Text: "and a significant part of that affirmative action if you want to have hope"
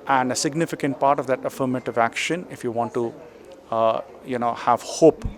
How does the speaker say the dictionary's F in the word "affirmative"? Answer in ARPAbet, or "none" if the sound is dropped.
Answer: F